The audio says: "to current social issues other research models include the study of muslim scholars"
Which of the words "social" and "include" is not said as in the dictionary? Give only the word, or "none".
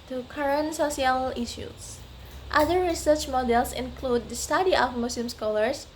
social